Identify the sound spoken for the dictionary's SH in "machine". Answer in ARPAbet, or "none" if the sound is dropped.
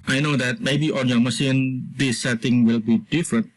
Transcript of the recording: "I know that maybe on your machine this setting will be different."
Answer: S